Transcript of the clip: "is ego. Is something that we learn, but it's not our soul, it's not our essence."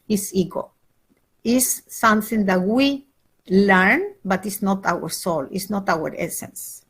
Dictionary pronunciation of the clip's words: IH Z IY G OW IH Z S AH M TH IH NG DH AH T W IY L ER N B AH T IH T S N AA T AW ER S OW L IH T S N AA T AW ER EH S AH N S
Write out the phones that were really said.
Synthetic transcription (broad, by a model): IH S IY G OW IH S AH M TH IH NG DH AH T W IY L ER N B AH T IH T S N AA T AW ER S OW L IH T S N AA T AW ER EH S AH N S